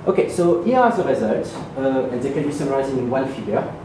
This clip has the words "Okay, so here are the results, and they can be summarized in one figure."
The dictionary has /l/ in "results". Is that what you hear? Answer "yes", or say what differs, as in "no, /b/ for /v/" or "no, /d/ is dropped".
no, /l/ is dropped